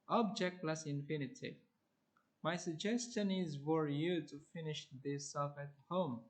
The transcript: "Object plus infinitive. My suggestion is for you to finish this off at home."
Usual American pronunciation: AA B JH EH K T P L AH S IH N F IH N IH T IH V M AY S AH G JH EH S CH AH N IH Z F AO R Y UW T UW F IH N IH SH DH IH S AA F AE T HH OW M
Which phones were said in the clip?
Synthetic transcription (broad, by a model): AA B JH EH K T L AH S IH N F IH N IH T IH M AY S AH G JH EH S CH AH N IH Z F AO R Y UW T UW F IH N IH SH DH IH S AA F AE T HH OW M